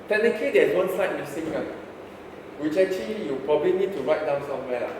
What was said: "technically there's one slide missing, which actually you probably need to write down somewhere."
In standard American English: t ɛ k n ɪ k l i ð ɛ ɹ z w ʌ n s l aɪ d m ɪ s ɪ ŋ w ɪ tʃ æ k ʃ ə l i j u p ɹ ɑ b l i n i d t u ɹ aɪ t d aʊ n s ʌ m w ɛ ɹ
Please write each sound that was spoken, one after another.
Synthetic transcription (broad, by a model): t ɛ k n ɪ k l i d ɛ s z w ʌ n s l aɪ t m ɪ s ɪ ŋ w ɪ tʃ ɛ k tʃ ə l i j u p ɹ ɑ b l i n i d t u ɹ aɪ t d aʊ n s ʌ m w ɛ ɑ